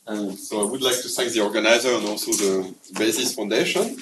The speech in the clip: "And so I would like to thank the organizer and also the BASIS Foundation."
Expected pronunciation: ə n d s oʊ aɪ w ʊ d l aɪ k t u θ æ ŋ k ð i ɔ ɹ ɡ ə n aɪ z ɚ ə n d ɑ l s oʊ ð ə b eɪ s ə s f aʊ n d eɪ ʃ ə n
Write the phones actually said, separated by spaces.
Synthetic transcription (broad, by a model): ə s oʊ aɪ w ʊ d l aɪ k t u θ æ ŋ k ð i ɔ ɹ ɡ ə n aɪ z ɚ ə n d ɑ l s oʊ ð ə b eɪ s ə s f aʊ n d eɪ ʃ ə n